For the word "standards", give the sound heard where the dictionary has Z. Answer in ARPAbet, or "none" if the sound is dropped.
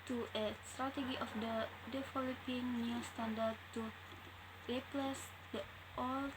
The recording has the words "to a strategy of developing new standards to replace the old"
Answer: none